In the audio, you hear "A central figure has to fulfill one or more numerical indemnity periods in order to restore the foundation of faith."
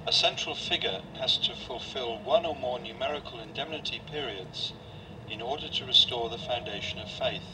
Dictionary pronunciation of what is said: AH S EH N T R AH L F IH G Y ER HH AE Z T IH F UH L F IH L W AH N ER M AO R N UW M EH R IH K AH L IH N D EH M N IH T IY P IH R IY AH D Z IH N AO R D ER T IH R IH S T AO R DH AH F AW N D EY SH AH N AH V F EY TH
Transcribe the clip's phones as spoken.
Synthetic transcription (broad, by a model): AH S EH N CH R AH L F IH G Y ER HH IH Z T IH F UH L F IH L W AH N ER M AO R N UW M EH R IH K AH L IH N D EH M N IH T IY P IH R IY AH D Z IH N AO R D ER T IH R IH S T AO R DH AH F AW N D EY SH AH N AH V F EY TH